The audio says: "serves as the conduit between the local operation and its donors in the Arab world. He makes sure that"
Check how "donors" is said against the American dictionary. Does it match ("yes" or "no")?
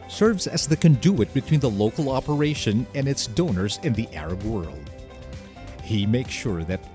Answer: yes